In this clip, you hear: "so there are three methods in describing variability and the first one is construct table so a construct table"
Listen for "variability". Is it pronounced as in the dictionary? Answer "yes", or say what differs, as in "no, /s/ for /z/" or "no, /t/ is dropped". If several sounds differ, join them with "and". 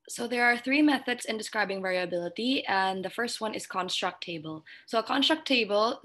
yes